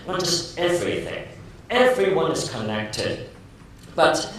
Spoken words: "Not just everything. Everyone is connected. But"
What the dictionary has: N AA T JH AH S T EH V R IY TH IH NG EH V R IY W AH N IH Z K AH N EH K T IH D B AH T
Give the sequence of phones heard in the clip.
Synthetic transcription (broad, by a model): N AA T JH AH S T EH V R IY TH IH NG EH V R IY W AH N IH Z K AH N EH K T IH D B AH T